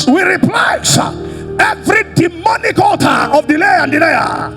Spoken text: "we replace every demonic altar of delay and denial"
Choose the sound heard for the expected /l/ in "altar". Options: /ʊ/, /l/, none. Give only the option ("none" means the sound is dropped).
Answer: none